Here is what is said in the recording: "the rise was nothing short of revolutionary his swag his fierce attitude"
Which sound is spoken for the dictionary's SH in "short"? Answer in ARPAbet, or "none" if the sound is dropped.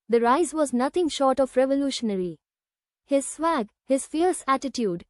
SH